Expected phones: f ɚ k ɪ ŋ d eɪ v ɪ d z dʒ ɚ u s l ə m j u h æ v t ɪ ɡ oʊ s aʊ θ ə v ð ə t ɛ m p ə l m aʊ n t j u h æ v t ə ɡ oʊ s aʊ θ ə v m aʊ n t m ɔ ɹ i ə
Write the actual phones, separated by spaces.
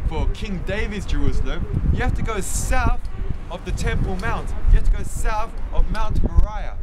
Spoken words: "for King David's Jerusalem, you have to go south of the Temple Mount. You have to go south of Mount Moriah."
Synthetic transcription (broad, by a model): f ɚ k ɪ ŋ d eɪ v ɪ d z dʒ ɚ u s l ə m j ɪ h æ f t ɪ ɡ oʊ s aʊ θ ə v ð ə t ɛ m p ə l m aʊ n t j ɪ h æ f t ə ɡ oʊ s aʊ θ ə v m aʊ n t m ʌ ɹ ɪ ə